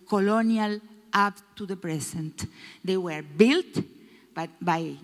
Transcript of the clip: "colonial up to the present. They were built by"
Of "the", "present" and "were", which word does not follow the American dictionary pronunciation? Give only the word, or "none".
present